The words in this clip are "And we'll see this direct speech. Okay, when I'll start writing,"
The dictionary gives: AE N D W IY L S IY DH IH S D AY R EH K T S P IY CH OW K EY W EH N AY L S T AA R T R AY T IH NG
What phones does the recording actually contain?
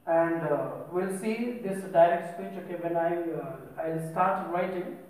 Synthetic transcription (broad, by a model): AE N D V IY L S IY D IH S D AY R EH K T S P IY CH OW K EY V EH N AY L S T AA R T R AY T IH NG